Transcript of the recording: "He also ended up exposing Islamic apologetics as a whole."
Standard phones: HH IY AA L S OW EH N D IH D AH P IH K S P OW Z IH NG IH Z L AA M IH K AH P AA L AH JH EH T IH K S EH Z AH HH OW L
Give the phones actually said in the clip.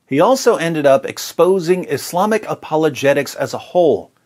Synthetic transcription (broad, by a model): HH IY AA L S OW EH N D IH D AH P IH K S P OW Z IH NG IH S L AA M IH K AH P AA L AH JH EH T IH K S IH Z AH HH OW L